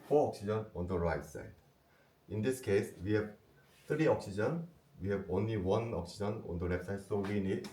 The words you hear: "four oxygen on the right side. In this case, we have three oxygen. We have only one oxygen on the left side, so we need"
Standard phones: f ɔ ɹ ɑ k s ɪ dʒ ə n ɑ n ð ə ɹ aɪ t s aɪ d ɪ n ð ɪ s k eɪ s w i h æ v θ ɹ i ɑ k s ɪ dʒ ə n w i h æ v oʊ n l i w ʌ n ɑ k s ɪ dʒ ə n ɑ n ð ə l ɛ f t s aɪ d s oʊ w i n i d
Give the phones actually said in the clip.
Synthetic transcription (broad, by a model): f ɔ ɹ ɑ k s ɪ dʒ ə n ɑ n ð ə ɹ aɪ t s aɪ d ɪ n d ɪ s k eɪ s w i h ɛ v t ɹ i ɑ k s ɪ dʒ ə n w i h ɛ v oʊ n l i w ʌ n ɑ k s ɪ dʒ ə n ɑ n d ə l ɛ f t s aɪ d s oʊ w i n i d